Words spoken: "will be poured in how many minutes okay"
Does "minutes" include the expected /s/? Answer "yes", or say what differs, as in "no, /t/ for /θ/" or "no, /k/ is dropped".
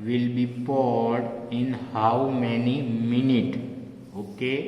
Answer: no, /s/ is dropped